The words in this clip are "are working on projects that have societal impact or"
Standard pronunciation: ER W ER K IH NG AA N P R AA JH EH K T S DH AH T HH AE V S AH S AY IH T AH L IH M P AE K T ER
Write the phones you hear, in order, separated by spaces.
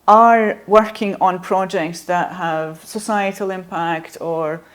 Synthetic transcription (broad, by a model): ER W ER K IH NG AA N P R AA JH EH K T S DH AH T HH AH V S AH S AY IH T AH L IH M P AE K T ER